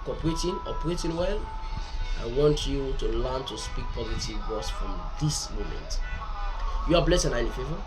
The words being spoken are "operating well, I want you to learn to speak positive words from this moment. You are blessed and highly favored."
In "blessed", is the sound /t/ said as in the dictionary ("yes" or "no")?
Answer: no